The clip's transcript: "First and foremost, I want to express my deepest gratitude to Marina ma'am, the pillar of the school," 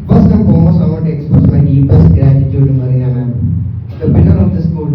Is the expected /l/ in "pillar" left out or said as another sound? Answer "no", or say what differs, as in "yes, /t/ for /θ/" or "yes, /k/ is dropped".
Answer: yes, /n/ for /l/